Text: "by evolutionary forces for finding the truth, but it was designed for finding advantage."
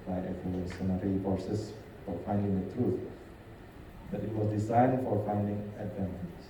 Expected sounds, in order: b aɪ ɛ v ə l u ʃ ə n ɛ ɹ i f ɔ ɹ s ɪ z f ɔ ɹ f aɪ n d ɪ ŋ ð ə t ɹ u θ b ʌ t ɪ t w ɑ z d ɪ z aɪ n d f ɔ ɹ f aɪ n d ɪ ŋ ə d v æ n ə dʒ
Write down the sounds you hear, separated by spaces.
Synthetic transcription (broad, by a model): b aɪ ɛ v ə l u s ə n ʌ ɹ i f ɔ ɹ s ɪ s f ɔ ɹ f aɪ n d ɪ ŋ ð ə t ɹ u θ b ʌ t ɪ t w ɑ z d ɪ s aɪ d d f ɔ ɹ f aɪ n d ɪ ŋ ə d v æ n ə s